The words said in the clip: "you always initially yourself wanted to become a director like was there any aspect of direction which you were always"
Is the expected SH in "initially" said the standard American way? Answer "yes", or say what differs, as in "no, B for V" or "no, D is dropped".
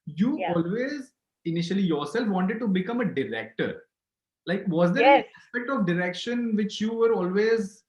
yes